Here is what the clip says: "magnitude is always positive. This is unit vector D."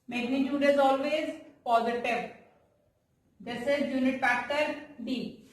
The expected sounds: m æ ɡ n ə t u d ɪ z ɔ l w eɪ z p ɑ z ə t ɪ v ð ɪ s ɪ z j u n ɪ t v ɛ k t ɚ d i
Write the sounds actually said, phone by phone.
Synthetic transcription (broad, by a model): m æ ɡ n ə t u d ɪ z ɔ l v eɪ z p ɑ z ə t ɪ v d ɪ s ɪ z j u n ɪ t f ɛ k t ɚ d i